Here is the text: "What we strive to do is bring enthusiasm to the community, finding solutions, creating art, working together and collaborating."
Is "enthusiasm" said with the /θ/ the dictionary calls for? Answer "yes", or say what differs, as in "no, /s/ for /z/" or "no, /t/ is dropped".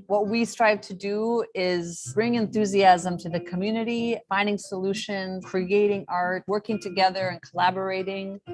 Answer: yes